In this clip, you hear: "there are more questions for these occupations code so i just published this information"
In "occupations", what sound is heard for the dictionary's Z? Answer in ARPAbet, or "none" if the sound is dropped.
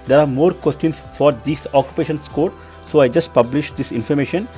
S